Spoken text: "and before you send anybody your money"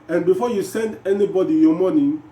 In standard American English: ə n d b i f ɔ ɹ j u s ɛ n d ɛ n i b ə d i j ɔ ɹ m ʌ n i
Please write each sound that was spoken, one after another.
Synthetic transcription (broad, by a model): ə n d b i f ɔ j u s ɛ n d ɛ n i b ə d i j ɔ m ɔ n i